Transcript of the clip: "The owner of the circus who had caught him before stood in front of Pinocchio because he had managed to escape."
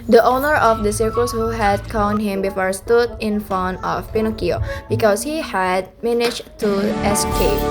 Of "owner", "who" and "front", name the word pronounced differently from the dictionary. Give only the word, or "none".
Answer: front